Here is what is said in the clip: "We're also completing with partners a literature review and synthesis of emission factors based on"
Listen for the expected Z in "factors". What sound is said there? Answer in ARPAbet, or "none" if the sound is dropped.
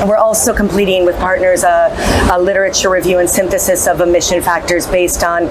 Z